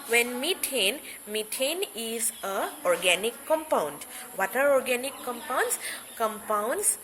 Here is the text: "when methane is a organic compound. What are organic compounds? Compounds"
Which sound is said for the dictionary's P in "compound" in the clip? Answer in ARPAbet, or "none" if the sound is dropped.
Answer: P